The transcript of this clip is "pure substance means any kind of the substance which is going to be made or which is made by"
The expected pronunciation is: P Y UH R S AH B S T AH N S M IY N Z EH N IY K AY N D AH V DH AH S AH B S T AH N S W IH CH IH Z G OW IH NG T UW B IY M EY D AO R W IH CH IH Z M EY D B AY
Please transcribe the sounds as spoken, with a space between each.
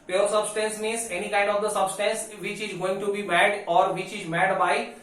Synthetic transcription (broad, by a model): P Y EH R S AH B S T AH N S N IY Z EH N IY K AY N D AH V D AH S AH B S T AH N S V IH CH IH Z G OW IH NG T UW B IY M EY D AO R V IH CH IH Z M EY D B AY